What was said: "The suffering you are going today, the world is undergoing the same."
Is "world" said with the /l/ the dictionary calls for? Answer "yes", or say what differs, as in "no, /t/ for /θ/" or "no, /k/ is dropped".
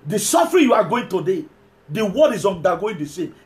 no, /l/ is dropped